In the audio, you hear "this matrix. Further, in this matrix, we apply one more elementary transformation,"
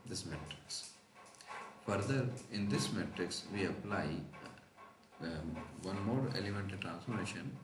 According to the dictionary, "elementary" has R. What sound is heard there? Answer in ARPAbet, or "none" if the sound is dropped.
none